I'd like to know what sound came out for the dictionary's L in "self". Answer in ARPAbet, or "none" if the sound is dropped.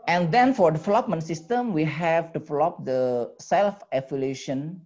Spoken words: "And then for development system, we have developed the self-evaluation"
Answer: L